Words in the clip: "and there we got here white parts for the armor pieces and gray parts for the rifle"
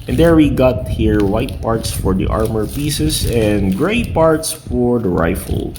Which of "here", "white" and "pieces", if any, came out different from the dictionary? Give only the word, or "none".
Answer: pieces